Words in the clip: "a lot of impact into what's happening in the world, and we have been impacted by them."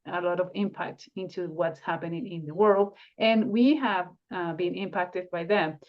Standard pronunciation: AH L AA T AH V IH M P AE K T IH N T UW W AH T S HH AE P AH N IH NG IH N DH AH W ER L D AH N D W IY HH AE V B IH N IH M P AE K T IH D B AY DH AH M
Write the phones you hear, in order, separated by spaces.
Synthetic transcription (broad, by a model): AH L AA T AH V IH M P AE K T IH N T UW W AH T S HH AE P AH N IH NG IH N DH AH W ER L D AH N W IY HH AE V B IH N IH M P AE K T IH D B AY DH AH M